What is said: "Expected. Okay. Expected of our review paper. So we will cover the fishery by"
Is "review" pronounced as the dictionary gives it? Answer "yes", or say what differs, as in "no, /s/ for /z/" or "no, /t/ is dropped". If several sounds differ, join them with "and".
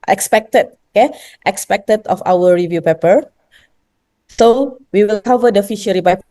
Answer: yes